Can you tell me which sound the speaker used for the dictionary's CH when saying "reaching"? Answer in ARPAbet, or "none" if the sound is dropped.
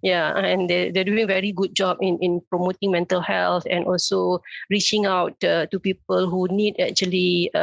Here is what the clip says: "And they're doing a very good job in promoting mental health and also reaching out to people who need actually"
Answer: CH